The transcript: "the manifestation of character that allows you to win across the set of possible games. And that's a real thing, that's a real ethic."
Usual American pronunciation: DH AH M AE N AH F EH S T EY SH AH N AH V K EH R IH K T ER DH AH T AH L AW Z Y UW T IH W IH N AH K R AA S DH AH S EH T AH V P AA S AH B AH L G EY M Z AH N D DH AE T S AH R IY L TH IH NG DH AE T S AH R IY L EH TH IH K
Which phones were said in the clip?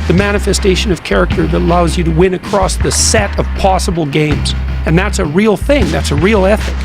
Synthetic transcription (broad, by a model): DH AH M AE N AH F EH S T EY SH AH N AH V K EH R IH K T ER DH AH T AH L AW Z Y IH T IH W IH N AH K R AA S DH AH S EH T AH V P AA S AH B L G EY M Z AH N DH AE T S AH R IY L TH IH NG DH AE T S AH R IY L EH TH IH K